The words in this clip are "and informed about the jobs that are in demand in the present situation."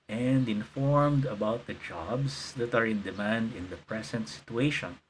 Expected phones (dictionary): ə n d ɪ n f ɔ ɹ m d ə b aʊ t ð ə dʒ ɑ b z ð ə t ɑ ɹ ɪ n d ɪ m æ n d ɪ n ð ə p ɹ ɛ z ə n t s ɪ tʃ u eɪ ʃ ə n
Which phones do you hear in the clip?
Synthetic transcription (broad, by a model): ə n d ɪ n f ɔ ɹ m d ə b aʊ t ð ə dʒ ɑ b s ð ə t ɑ ɹ ɪ n d ɪ m æ n d ɪ n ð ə p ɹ ɛ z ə n t s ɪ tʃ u eɪ ʃ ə n